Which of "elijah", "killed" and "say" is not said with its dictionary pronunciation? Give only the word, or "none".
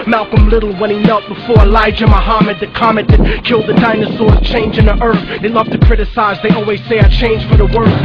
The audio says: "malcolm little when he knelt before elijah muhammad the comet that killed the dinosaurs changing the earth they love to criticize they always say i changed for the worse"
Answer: none